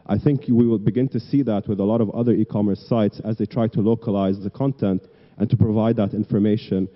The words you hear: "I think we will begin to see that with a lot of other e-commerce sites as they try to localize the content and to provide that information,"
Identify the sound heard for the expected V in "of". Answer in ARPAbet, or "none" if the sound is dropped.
V